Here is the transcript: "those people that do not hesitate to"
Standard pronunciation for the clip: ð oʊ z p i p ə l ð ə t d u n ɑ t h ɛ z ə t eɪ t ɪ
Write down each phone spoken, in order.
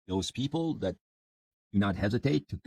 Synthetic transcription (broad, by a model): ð oʊ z p i p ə l ð ə t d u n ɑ t h ɛ z ə t eɪ t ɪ